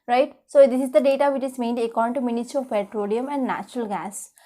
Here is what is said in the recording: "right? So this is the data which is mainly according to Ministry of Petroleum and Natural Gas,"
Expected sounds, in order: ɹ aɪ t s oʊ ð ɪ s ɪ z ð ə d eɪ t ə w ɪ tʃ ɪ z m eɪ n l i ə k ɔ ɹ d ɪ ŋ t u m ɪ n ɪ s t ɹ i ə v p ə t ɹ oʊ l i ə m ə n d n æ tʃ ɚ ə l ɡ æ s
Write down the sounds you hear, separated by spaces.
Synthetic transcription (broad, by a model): ɹ aɪ t s oʊ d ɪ s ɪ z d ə d eɪ t ə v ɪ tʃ ɪ z m eɪ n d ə k ɔ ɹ d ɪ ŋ t u m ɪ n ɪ t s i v p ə t ɹ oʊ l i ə m ə n d n æ tʃ ɚ ə l ɡ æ s